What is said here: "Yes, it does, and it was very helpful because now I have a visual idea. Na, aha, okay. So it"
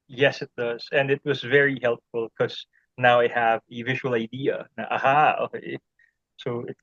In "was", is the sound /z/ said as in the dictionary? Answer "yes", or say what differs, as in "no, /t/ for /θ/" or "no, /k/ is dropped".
yes